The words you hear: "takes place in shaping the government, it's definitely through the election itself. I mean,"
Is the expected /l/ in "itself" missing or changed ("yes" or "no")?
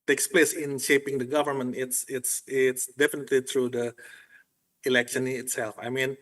no